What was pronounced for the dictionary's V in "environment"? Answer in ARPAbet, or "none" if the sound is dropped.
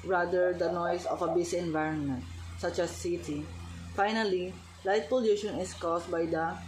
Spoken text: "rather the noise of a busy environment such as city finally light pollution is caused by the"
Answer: V